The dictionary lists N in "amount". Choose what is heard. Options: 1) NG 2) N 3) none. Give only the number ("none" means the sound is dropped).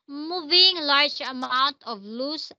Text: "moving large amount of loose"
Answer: 2